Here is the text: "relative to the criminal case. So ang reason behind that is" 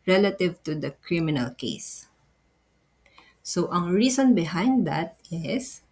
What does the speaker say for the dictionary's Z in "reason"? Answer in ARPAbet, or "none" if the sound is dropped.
S